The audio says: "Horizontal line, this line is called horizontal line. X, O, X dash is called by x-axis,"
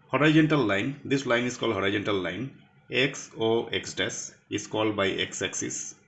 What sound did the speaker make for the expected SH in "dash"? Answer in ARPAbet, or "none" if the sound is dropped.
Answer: S